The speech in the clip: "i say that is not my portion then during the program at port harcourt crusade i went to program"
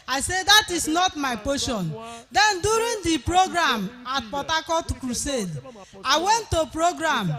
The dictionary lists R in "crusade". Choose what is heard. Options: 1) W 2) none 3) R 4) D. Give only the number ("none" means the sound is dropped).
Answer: 3